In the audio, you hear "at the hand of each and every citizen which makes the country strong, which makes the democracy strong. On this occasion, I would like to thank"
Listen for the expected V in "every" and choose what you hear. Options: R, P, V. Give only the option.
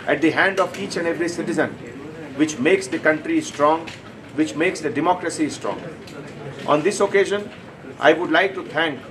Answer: V